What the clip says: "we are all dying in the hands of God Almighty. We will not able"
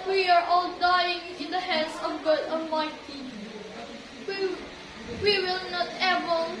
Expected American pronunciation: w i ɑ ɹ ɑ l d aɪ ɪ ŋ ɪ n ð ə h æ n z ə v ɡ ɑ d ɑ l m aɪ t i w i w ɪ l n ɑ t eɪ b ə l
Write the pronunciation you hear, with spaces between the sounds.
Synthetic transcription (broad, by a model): w i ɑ ɹ ɑ l d aɪ ɪ ŋ ɪ n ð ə h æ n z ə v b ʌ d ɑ m aɪ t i w i w ɪ l n ɑ t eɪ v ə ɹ